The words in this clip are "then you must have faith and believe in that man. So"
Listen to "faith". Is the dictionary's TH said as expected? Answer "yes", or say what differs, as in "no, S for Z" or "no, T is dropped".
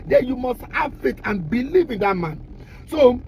no, T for TH